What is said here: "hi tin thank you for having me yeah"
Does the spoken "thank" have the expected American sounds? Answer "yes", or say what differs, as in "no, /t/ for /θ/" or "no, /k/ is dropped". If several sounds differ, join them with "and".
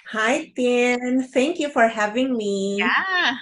no, /t/ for /θ/